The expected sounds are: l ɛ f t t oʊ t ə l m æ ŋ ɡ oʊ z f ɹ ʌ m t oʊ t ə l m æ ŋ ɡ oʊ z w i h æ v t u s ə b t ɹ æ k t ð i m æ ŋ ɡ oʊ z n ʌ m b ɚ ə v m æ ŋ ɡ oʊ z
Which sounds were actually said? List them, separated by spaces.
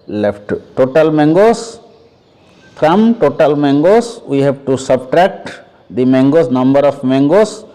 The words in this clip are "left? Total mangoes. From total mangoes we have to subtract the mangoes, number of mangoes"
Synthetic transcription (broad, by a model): l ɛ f t t oʊ t ə l m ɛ ŋ ɡ oʊ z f ɹ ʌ m t oʊ t ə l m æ ŋ ɡ oʊ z w i h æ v t u s ə b t ɹ æ k t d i m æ ŋ ɡ oʊ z n ʌ m b ɚ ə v m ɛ ŋ ɡ oʊ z